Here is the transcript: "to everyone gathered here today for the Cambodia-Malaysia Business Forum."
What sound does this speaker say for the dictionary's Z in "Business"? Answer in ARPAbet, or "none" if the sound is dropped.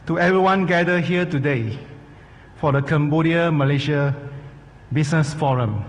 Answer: S